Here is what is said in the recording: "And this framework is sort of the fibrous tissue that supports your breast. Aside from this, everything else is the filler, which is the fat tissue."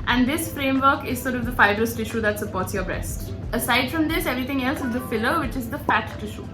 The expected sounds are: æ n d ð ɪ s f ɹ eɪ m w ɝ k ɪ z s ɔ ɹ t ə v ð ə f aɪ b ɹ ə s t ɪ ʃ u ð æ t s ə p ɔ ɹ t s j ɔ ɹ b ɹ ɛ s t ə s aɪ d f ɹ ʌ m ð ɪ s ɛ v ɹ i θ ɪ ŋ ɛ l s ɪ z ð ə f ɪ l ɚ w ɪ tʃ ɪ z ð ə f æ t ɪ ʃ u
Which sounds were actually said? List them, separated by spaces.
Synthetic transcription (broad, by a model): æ n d ɪ s f ɹ eɪ m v ɝ k ɪ z s ɔ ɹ t ə v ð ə f aɪ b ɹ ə s t ɪ ʃ u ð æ t s ə p ɔ ɹ t s j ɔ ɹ b ɹ ɛ s t ə s aɪ d f ɹ ʌ m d ɪ s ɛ v ɹ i t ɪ ŋ ɛ l s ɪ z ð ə f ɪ l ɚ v ɪ tʃ ɪ z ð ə f æ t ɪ ʃ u